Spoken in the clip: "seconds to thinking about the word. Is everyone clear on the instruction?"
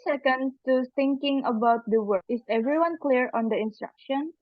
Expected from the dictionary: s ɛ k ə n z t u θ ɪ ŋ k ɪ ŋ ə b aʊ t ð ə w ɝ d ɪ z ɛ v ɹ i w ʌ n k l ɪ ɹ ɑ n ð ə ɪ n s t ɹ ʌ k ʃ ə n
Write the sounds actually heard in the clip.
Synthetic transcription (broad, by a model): s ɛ k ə n t u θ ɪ ŋ k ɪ ŋ ə b aʊ t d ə w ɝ ɪ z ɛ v ɹ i w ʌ n k l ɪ ɹ ɑ n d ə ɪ n s t ɹ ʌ k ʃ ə n